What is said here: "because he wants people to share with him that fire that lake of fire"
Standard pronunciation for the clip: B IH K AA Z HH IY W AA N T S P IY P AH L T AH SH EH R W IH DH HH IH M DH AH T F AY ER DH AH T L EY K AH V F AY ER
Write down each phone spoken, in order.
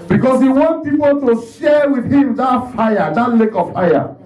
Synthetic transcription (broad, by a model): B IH K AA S HH IY W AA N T P IY P AH L T AH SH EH W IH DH HH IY M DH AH T F AY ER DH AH T L EY K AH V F AY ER